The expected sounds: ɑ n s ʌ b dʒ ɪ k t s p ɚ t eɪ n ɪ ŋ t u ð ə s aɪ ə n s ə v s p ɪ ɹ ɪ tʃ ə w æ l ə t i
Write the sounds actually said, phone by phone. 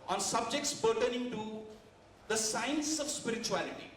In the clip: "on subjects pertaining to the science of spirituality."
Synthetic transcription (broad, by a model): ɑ n s ʌ b dʒ ɪ k t s b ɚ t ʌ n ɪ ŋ t u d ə s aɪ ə n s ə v s p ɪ ɹ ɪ tʃ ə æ l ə t i